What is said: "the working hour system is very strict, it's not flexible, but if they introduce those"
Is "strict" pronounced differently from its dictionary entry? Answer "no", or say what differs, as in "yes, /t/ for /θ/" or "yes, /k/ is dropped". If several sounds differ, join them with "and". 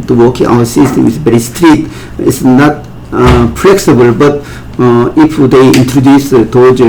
yes, /k/ is dropped